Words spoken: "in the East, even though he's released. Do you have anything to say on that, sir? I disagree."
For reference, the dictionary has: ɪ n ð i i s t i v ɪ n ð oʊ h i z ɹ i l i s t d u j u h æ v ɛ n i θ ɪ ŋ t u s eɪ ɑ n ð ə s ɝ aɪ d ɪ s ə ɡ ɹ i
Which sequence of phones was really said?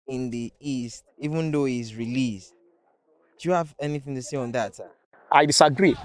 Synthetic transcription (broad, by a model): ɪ n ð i i s t i v ɪ n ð oʊ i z ɹ i l i s t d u j u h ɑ v ɛ n i θ ɪ ŋ t u s eɪ ɑ n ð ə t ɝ aɪ d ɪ s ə ɡ ɹ i